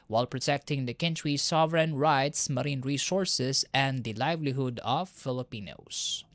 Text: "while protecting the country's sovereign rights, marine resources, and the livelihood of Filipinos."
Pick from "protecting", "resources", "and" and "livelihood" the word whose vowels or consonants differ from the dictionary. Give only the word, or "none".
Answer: resources